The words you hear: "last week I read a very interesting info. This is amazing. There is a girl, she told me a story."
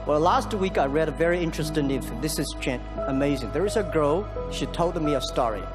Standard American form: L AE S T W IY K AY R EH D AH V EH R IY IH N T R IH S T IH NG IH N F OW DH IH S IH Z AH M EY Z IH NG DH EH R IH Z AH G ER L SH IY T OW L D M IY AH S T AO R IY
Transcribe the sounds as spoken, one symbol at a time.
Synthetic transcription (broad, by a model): L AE S T W IY K AY R EH D AH V EH R IY IH N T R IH S T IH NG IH F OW DH IH S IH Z AH M EY Z IH NG DH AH R IH Z AH G ER L SH IY T OW L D M IY AH S T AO R IY